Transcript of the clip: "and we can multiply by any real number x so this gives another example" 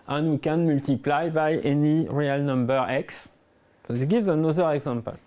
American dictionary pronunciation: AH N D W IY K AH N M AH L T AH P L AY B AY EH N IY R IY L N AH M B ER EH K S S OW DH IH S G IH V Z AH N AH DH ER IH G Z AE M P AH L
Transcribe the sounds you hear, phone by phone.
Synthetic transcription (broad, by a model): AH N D W IY K AH N M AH L T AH P L AY B AY EH N IY R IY L N AH M B ER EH K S S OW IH G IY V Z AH N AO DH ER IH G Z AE M P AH L